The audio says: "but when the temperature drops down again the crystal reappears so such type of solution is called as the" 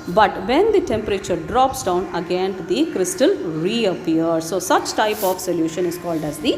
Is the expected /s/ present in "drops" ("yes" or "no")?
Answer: yes